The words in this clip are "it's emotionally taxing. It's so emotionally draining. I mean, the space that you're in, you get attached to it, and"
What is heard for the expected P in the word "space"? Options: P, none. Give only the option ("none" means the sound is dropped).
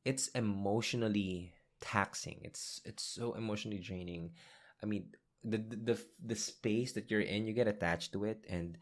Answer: P